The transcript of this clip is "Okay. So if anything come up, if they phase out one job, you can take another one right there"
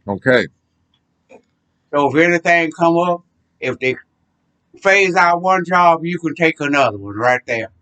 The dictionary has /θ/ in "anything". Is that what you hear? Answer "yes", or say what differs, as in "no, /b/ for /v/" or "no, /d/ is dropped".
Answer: yes